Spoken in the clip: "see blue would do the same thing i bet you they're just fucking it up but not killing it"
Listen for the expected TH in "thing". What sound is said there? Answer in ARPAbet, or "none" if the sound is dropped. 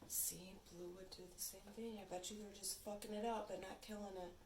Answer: TH